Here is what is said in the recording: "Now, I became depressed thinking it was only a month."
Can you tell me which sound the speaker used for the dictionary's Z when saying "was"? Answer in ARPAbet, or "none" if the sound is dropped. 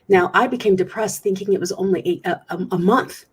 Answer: Z